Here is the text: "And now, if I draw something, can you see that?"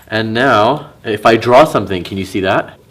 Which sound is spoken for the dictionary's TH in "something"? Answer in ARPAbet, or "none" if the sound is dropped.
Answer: TH